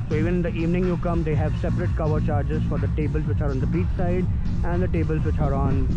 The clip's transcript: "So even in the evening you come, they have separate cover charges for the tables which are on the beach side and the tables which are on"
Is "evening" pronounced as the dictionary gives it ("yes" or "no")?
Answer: yes